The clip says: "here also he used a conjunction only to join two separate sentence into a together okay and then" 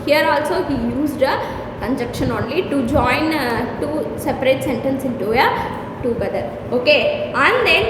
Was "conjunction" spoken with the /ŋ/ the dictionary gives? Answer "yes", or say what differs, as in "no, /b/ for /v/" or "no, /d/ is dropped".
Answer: no, /ŋ/ is dropped